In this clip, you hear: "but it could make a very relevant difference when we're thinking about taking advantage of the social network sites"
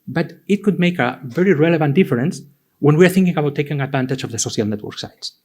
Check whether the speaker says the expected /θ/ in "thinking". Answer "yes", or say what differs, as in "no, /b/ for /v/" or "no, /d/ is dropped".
yes